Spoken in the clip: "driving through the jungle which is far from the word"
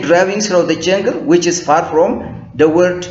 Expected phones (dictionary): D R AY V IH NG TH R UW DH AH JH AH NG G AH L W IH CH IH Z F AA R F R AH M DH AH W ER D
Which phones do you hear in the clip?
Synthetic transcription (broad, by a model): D R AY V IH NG S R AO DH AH JH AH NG G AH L W IH CH IH Z F AA R F R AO M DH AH W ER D